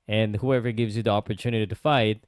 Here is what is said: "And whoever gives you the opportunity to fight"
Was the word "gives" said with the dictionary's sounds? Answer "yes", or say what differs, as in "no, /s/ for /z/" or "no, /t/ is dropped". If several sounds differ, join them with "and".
yes